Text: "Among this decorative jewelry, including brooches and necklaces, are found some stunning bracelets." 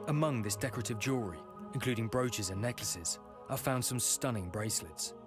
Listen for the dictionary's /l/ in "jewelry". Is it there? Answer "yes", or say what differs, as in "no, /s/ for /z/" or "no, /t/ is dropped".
no, /l/ is dropped